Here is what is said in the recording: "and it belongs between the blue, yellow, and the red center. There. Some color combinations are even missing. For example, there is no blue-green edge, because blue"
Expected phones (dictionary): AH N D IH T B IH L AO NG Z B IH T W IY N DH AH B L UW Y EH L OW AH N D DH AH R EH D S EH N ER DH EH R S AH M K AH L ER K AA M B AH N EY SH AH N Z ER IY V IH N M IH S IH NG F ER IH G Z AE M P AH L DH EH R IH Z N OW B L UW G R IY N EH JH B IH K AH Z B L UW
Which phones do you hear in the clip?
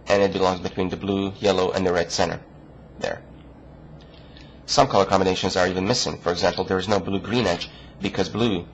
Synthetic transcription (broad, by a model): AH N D IH T B IH L AO NG Z B IH T W IY N DH AH B L UW Y EH L OW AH N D DH AH R EH D S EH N ER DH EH R S AH M K AH L ER K AA M B AH N EY SH AH N Z ER IY V IH N M IH S IH NG F ER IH G Z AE M P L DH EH R IH Z N OW B L UW G R IY N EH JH B IH K AH Z B L UW